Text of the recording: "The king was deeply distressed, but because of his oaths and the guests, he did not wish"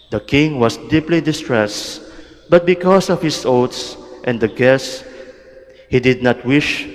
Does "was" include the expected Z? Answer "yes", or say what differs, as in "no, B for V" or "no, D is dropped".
no, S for Z